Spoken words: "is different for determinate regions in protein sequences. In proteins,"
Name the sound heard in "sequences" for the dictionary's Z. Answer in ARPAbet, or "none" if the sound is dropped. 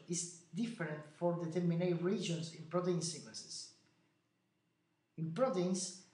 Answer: S